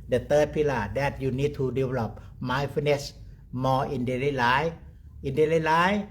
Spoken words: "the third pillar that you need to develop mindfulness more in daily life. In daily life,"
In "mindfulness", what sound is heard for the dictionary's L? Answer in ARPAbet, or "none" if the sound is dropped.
none